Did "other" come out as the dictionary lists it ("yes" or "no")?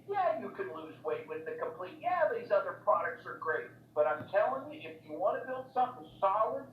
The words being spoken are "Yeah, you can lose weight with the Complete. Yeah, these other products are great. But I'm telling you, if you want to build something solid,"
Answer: yes